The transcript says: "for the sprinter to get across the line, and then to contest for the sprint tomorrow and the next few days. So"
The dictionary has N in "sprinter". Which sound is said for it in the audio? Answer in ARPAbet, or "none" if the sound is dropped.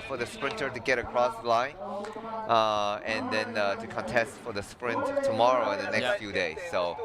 N